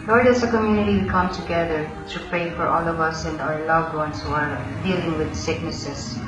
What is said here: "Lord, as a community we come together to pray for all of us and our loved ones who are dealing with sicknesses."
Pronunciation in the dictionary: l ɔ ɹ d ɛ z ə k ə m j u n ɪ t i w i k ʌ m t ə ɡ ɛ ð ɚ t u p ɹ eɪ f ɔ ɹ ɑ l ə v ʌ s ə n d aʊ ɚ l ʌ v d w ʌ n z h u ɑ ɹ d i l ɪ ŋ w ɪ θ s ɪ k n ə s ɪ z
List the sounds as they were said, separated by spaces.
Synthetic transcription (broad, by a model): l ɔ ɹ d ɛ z ə k ə m j u n ɪ t i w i k ʌ m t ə ɡ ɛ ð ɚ t u p ɹ eɪ f ɔ ɹ ɑ l ə v ʌ s ə n d aʊ ɚ l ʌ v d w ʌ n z h u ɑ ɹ d i l ɪ ŋ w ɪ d s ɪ k n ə s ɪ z